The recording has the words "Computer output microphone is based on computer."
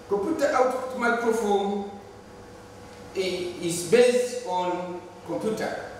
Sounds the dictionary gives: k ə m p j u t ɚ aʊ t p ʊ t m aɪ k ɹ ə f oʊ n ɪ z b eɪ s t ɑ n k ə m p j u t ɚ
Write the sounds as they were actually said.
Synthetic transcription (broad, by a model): k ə m p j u t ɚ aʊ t ɔ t m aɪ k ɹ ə f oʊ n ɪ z b eɪ s t ɑ n k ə m p j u t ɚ